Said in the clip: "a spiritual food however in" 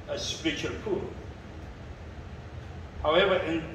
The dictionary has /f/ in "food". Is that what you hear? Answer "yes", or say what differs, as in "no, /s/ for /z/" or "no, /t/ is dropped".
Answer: no, /p/ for /f/